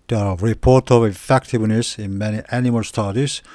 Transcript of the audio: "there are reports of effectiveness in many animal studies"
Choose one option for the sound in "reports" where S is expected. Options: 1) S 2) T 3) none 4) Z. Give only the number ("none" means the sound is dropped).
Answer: 3